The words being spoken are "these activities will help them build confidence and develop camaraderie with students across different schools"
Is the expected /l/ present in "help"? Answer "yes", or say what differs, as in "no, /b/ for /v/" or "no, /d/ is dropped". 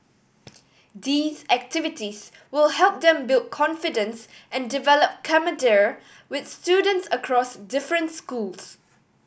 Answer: yes